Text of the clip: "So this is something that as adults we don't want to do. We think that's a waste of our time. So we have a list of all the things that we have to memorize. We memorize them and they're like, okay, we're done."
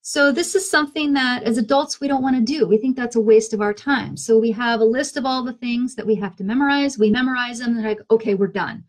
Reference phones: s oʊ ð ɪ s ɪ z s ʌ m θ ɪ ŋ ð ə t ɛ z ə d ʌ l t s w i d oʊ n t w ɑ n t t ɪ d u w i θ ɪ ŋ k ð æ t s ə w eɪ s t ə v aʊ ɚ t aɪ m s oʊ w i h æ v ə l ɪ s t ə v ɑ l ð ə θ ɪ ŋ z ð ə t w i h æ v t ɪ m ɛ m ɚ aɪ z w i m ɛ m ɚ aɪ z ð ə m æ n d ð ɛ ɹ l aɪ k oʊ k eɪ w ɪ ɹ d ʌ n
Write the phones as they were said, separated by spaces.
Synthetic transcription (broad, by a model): s oʊ ð ɪ s ɪ z s ʌ m θ ɪ ŋ ð ə t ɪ z ə d ʌ l t s w i d oʊ n t w ɑ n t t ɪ d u w i θ ɪ ŋ k ð æ t s ə w eɪ s t ə v aʊ ɚ t aɪ m s oʊ w i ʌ v ə l ɪ s t ə v ɑ l ð ə θ ɪ ŋ z ð ə t w i h æ f t ɪ m ɛ m ɚ aɪ z w i m ɛ m ɚ aɪ z ð ə m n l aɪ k oʊ k eɪ w ɪ ɹ d ʌ n